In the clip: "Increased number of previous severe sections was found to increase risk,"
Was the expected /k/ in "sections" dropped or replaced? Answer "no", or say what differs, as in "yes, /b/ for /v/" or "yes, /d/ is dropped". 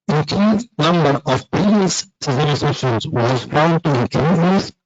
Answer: yes, /k/ is dropped